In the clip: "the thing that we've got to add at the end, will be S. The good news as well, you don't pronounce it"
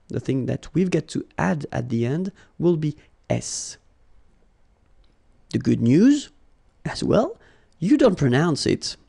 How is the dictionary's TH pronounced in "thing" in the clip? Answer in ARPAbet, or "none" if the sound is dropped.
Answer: TH